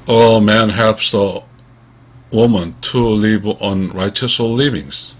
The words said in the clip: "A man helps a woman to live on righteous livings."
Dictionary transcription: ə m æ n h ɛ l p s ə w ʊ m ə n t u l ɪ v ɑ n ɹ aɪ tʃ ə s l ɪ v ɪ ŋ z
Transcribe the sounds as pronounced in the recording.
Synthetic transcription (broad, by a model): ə m æ n h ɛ p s ə w ʊ m ə n t u l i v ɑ n ɹ aɪ tʃ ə s l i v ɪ ŋ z